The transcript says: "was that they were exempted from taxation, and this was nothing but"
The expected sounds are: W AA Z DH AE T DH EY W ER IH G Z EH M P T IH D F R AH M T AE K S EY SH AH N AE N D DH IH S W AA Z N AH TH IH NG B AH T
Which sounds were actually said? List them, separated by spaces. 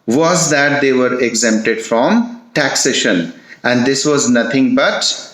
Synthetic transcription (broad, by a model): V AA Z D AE T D EY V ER IH G Z EH M P T IH D F R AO M T AE K S EY SH AH N AE N D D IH S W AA Z N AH T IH NG B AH T